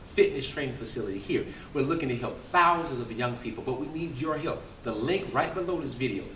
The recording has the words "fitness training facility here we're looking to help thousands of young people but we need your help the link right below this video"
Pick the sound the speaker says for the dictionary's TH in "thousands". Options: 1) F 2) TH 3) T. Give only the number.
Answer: 2